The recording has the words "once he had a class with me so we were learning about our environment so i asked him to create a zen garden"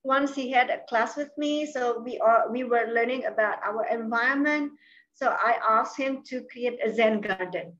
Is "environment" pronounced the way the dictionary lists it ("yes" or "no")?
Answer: no